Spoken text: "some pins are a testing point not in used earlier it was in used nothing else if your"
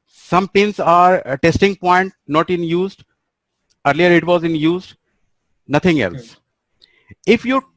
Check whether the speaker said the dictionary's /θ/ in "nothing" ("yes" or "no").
no